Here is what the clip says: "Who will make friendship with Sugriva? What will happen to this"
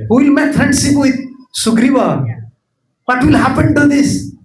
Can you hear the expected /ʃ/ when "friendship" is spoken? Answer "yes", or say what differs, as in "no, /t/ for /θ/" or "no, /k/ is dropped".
no, /s/ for /ʃ/